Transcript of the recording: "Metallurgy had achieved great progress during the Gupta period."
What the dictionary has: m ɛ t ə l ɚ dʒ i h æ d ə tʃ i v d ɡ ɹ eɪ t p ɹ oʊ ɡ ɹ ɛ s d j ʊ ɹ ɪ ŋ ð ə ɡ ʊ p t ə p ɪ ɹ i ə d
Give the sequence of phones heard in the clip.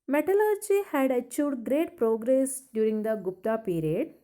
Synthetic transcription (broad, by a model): m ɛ t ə l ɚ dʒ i h æ d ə tʃ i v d ɡ ɹ eɪ t p ɹ oʊ ɡ ɹ ɛ s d j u ɹ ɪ ŋ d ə ɡ ʊ p t ə p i ɹ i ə d